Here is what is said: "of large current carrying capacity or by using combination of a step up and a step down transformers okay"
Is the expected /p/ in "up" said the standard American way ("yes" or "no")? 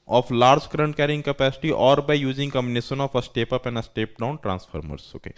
yes